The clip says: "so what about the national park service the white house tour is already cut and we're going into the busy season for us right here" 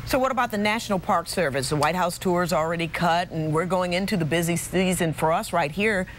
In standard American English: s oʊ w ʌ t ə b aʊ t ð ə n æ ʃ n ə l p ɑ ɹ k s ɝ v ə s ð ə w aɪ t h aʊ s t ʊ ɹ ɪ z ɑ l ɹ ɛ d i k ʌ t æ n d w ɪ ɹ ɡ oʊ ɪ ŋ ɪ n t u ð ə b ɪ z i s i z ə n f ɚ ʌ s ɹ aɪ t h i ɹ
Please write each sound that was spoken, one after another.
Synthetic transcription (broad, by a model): s oʊ w ʌ t ə b aʊ t ð ə n æ ʃ n l p ɑ ɹ k s ɝ v ə s ð ə w aɪ t h aʊ s t ʊ ɹ z l ɹ ɛ d i k ʌ t n w ɪ ɹ ɡ oʊ ɪ ŋ ɪ n t u ð ə b ɪ z i s i z ə n f ɚ ʌ s ɹ aɪ t h i ɹ